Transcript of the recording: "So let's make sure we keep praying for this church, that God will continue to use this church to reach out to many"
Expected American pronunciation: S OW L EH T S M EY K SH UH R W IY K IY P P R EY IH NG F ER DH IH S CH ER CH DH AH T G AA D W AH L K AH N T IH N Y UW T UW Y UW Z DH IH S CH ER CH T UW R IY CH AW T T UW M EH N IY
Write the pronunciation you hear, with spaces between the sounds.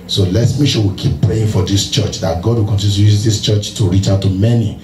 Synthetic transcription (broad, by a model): S OW L EH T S M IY SH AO W IY K IY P P R EY IH NG F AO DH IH S CH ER CH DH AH T G AA D W AH L K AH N T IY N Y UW T UW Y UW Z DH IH S CH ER CH T UW R IY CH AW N T UW M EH N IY